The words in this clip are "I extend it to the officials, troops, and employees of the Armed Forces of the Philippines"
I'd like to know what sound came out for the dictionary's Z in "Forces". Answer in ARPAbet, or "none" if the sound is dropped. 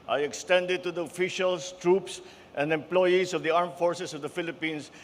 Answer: S